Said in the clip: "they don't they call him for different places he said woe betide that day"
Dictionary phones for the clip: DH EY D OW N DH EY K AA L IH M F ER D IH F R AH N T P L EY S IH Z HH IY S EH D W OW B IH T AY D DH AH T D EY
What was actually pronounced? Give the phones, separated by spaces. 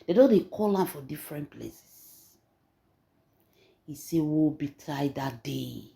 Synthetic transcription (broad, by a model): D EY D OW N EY K AA L IH M F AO D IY F R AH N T P L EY S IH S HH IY S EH W OW B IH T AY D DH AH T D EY